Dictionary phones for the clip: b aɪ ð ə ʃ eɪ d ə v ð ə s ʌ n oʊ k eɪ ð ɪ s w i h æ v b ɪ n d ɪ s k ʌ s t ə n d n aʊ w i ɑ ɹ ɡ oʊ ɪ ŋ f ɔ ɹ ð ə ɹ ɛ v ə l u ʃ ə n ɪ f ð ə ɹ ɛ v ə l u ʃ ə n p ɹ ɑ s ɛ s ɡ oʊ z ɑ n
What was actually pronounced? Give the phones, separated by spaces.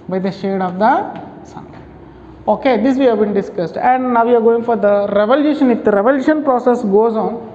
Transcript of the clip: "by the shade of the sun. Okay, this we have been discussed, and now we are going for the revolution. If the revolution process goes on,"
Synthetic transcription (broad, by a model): b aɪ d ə ʃ eɪ d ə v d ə s ʌ n oʊ k eɪ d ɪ s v i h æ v b ɪ n d ɪ s k ʌ s t ə n d n aʊ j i ɑ ɹ ɡ oʊ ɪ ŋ f ɔ ɹ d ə ɹ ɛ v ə l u ʃ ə n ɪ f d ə ɹ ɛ v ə l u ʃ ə n p ɹ ɑ s ɛ s ɡ oʊ z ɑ n